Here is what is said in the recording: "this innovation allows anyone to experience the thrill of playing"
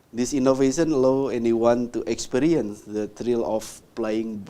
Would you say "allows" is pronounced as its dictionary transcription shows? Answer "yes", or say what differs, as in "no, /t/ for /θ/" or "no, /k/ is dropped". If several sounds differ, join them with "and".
no, /z/ is dropped